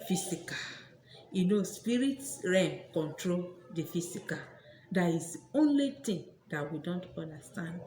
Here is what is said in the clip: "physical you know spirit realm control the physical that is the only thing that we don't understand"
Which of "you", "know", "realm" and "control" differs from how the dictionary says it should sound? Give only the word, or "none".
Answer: realm